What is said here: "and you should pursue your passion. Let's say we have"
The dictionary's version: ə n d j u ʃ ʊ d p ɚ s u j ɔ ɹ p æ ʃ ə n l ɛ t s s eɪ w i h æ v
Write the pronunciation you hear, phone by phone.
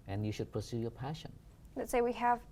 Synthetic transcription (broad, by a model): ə n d j u ʃ ʊ d p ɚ s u j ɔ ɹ p æ ʃ ə n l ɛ t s s eɪ w i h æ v